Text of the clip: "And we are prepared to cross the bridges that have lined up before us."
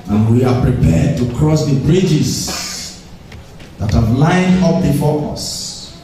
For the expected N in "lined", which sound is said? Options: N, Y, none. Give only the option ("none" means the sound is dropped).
N